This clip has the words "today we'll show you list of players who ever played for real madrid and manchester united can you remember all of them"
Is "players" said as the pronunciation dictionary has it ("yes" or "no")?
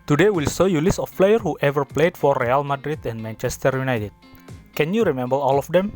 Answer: no